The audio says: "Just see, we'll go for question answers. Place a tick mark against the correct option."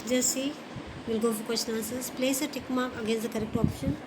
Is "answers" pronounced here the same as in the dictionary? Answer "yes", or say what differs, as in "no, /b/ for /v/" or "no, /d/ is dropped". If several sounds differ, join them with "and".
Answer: no, /n/ is dropped